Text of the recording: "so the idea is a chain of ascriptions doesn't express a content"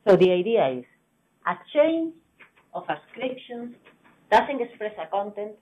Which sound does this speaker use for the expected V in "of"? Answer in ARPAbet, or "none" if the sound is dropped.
F